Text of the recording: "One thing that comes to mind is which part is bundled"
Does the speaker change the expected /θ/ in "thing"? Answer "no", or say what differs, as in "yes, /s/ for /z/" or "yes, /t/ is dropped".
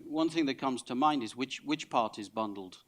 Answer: no